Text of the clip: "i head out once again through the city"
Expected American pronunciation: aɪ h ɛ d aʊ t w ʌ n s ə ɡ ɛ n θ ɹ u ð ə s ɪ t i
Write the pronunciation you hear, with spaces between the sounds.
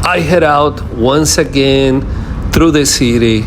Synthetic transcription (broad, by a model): aɪ h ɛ d aʊ t w ʌ n s ə ɡ ɛ n θ ɹ u ð ə s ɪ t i